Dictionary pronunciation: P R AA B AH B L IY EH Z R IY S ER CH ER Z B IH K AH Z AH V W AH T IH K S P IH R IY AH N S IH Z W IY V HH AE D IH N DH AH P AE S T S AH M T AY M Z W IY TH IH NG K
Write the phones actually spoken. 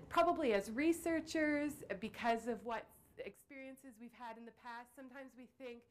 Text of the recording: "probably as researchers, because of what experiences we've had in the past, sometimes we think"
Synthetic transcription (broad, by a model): P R AA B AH B L IY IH Z R IY S ER CH ER Z B IH K AH Z AH V W AH T IH K S P IH R IY AH N S IH Z W IY V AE D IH N DH AH P AE S T S AH M T AY M Z W IY TH IH NG K